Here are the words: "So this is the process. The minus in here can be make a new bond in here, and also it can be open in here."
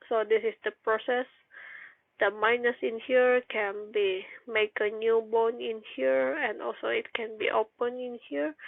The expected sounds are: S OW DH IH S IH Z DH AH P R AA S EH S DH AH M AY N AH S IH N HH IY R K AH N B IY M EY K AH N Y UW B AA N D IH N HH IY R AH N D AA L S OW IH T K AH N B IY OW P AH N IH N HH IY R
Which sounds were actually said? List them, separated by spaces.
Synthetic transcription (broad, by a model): S OW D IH S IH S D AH P R AA S EH S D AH M AY N AH S IH N HH IY R K AH N B IY M EY K AH N Y UW B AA N IH N HH IY R AH N D AA L S OW IH T K AH N B IY OW P AH N IH N HH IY R